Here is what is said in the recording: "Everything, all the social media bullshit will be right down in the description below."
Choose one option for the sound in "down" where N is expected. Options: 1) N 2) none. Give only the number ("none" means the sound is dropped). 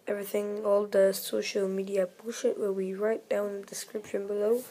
2